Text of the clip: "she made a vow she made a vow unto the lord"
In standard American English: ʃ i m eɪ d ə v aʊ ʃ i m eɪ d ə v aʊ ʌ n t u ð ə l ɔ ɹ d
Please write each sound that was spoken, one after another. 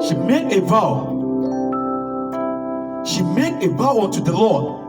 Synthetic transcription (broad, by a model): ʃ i m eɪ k ə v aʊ ʃ i m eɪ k ə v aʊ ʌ t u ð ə l ɔ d